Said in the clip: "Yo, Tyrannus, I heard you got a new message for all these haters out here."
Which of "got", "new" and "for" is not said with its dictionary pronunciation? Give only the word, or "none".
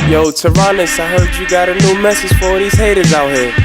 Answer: for